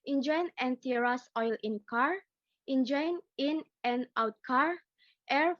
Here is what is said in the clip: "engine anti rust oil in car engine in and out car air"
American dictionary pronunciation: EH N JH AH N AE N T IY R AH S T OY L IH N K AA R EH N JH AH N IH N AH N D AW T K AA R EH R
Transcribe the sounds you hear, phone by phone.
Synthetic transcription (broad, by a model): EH N JH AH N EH N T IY R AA S OY L IH N K AA R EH N JH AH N IH N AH N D AW T K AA R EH R